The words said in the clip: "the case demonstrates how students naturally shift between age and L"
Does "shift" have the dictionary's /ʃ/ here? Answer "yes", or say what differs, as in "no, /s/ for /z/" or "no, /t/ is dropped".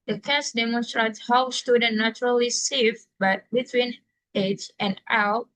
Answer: no, /s/ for /ʃ/